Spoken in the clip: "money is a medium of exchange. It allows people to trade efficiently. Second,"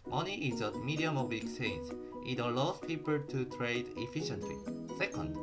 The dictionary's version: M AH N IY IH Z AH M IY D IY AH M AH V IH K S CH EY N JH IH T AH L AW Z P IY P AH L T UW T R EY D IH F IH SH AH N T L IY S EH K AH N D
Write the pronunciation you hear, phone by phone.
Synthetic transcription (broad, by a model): M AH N IY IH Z AH M IY D IY AH M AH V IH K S EY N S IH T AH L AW S P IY P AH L T UW T R EY D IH F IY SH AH N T L IY S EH K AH N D